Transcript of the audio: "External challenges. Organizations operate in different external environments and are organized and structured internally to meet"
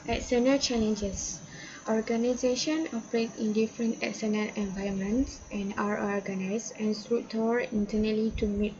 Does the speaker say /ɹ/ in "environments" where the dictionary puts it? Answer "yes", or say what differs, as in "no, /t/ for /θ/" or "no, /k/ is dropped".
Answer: no, /ɹ/ is dropped